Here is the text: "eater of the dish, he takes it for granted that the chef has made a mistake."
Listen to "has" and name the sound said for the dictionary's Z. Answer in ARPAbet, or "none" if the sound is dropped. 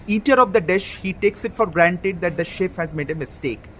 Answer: Z